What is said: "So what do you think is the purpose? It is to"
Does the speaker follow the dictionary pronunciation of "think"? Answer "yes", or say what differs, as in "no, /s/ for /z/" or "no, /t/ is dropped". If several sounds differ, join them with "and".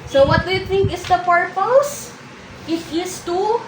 no, /t/ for /θ/